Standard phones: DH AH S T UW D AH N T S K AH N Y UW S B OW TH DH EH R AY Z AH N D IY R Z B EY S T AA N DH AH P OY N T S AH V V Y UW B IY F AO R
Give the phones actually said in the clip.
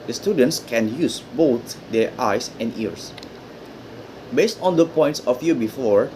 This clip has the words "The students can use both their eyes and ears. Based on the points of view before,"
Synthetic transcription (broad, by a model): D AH S T UW D AH N T S K AH N Y UW S B OW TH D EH R AY S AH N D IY R S B EY S T AA N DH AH P OY N T S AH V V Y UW B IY F AO R